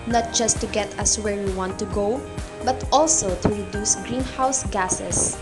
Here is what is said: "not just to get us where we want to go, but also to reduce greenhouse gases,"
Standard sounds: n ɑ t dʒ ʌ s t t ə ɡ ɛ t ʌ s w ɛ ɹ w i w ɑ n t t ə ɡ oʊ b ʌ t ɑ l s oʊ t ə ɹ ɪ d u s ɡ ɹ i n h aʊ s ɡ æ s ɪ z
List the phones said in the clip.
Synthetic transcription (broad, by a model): n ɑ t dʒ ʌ s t t ə ɡ ɛ t ʌ s w ɛ ɹ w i w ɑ n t t ə ɡ oʊ b ʌ t ɑ l s oʊ t ə ɹ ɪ d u s ɡ ɹ i n h aʊ s ɡ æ s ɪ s